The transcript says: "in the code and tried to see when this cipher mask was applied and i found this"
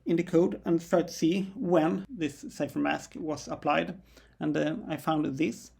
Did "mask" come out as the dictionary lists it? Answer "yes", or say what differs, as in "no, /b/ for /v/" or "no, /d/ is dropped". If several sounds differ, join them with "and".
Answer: yes